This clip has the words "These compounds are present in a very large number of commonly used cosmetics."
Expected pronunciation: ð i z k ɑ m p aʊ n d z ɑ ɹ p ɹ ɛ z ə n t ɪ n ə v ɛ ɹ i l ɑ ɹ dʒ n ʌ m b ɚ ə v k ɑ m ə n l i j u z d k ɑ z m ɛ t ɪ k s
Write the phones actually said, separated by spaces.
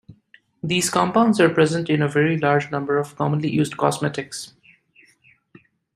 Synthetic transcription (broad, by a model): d i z k ɑ m p aʊ n d z ɑ ɹ p ɹ ɛ z ə n t ɪ n ə v ɛ ɹ i l ɑ ɹ dʒ n ʌ m b ɚ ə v k ɑ m ə n l i j u z d k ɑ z m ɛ t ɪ k s